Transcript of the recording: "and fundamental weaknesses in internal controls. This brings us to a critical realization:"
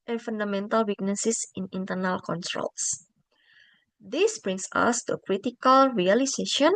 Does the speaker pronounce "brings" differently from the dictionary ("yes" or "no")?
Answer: yes